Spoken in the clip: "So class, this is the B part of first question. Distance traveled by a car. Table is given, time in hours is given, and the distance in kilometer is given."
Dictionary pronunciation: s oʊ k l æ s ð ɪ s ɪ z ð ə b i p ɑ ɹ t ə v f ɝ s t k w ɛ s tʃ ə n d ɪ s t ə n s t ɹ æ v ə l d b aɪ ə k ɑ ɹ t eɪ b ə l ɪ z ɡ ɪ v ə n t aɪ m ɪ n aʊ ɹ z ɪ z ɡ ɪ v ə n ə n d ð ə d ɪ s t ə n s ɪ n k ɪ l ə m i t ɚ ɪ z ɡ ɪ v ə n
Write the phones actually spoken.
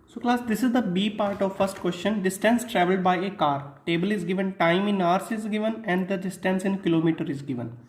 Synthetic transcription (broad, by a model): s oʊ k l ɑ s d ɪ s ɪ z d ə b i p ɑ ɹ t ə v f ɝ s t k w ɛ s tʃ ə n d ɪ s t ə n s t ɹ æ v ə l d b aɪ ə k ɑ ɹ t eɪ b ə l ɪ z ɡ ɪ v ə n t aɪ m ɪ n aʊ ɹ s ɪ z ɡ ɪ v ə n ə n d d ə d ɪ s t ə n s ɪ n k ɪ l ə m i t ɚ ɪ z ɡ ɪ v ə n